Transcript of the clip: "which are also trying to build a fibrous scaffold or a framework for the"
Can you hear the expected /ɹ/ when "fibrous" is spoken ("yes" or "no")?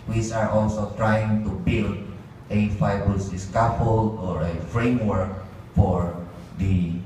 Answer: no